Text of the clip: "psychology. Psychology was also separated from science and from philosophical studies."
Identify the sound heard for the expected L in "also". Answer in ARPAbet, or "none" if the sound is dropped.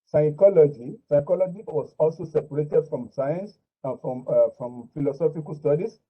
L